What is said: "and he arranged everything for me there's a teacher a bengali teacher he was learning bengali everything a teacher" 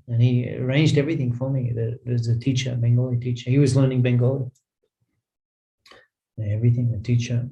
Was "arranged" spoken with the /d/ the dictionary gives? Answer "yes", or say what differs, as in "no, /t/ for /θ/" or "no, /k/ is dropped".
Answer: yes